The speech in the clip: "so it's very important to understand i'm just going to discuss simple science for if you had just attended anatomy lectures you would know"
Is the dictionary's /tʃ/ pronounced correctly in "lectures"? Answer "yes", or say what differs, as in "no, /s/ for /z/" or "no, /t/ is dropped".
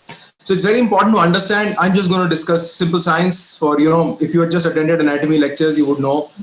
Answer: yes